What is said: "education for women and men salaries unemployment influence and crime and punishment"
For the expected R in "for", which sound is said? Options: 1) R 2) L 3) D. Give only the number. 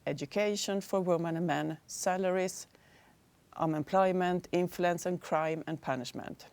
1